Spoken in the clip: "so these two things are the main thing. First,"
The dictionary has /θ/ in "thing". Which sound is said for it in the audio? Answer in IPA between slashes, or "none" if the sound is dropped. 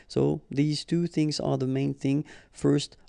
/θ/